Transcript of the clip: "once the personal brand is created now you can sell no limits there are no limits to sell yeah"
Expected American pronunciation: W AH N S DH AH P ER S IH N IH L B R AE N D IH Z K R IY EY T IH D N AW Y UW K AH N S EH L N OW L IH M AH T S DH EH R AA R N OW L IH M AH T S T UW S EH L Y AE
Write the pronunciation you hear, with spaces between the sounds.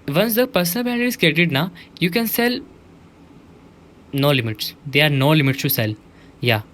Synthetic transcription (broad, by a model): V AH N S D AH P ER S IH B AE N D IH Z K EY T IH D N AW Y UW K AH N S EH L N OW L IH M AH T S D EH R AA R N OW L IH M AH T S T UW S EH L Y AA